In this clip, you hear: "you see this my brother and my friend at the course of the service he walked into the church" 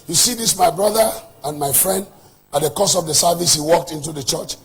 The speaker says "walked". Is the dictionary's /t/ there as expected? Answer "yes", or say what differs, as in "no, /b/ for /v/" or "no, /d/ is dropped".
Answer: yes